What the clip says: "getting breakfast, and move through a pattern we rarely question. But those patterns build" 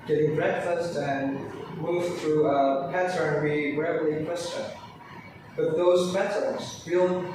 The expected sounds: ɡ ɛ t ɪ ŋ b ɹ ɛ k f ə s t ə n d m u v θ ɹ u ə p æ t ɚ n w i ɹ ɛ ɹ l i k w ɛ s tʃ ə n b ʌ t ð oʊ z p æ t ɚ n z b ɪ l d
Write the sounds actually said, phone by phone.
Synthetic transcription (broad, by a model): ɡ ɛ t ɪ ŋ b ɹ ɛ k f ə s t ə n m u v θ ɹ u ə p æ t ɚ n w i ɹ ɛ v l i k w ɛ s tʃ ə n b ʌ t ð oʊ z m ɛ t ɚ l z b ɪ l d